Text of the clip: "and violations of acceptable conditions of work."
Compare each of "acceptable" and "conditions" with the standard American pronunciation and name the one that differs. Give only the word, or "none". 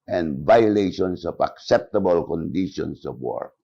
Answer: conditions